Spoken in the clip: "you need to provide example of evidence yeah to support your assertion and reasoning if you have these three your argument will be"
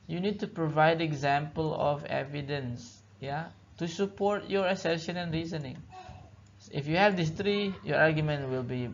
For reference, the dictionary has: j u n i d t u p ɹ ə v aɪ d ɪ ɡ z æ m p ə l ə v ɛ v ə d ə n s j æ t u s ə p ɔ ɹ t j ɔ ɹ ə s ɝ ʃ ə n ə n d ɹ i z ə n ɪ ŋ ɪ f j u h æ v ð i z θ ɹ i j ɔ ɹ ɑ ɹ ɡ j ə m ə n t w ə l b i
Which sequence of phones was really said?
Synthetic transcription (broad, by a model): j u n i d t u p ɹ ə v aɪ d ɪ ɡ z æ m p ə l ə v ɛ v ə d ə n s j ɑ t u s ə p ɔ ɹ t j ɔ ɹ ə s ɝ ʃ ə n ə n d ɹ i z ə n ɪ ŋ ɪ f j u h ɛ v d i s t ɹ i j ɔ ɹ ɑ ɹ ɡ j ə m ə n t w ə l b i